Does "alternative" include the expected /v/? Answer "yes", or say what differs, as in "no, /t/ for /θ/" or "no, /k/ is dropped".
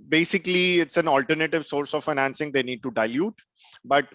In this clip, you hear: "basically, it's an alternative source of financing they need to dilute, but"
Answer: yes